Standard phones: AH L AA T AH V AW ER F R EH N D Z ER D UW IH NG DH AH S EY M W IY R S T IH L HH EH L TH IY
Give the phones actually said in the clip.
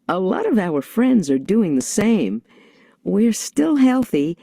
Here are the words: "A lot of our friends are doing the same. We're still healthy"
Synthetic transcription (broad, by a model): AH L AA T AH V AW ER F R EH N D Z ER D UW IH NG DH AH S EY M W IY R S T IH L HH EH L TH IY